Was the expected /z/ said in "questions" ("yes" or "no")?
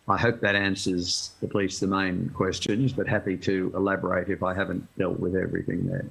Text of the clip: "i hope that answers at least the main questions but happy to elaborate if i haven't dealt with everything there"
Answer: yes